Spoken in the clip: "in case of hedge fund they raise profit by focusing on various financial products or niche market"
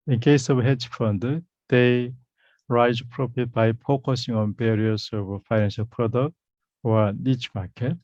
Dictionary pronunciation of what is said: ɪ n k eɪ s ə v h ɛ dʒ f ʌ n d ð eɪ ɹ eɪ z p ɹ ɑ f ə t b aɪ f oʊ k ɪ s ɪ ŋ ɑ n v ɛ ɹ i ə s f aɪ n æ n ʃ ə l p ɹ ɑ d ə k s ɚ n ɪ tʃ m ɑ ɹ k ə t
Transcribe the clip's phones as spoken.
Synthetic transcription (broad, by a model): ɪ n k eɪ s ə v h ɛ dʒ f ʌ n d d eɪ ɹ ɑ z p ɹ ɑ p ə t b aɪ p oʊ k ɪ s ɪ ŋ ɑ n b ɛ ɹ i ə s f aɪ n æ n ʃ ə l p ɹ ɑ d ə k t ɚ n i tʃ m ɑ k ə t